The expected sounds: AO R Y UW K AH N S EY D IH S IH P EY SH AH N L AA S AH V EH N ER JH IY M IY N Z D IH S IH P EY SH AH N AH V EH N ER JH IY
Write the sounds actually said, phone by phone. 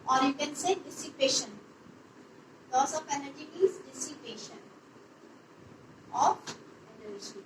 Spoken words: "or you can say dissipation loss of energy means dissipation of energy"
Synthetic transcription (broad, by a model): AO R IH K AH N S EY D IH S IH P EY SH AH N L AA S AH F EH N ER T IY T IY Z D IH S IH P EY SH AH N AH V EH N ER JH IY